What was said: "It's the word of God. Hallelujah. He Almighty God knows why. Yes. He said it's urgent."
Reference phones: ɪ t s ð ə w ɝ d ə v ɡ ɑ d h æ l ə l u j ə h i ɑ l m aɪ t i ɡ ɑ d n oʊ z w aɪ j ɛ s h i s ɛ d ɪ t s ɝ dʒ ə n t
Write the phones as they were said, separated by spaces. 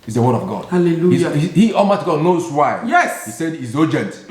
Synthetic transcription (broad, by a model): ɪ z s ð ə w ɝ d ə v ɡ ɑ d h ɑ l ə l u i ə h i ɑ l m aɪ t ɡ ɑ d n oʊ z w aɪ j ɛ s h i s ɛ d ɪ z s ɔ dʒ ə n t